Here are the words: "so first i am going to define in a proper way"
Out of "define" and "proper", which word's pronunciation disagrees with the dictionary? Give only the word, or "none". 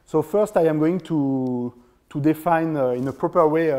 none